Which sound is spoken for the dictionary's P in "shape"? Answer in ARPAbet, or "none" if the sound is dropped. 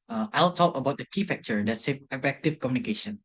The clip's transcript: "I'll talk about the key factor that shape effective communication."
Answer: none